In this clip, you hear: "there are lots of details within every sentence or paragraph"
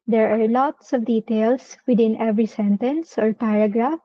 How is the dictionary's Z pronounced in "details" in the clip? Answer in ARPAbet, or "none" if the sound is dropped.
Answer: S